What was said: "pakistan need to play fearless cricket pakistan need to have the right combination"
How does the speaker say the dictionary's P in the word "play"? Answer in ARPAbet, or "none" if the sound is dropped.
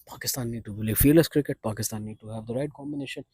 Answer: B